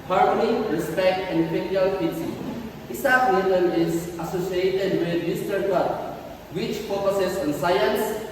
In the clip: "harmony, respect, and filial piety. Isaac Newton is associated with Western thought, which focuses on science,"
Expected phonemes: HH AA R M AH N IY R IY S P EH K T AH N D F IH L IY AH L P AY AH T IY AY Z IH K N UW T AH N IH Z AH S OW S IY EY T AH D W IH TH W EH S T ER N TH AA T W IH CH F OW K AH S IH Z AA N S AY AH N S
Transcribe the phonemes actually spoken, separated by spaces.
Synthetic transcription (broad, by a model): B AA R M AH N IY R IY S P EH K T AH N D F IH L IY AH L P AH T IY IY S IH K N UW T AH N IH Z AH S OW S IY EY T AH D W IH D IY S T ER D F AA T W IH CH P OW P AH S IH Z AA N S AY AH N S